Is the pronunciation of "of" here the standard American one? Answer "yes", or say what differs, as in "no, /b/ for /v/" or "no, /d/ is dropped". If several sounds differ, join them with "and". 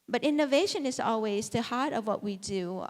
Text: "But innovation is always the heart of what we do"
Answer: yes